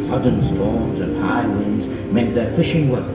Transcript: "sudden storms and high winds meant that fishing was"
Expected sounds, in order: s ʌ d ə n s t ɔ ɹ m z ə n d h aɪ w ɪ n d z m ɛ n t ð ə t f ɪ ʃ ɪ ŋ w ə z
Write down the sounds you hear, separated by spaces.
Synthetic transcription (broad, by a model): s ʌ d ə n s t ɔ ɹ m z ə n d h aɪ w ɪ n d z m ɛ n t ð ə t f ɪ ʃ ɪ ŋ w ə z